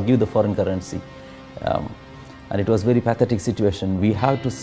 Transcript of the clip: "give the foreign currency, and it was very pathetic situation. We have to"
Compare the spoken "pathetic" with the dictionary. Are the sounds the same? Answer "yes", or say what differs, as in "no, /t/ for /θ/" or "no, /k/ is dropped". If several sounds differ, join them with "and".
no, /t/ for /θ/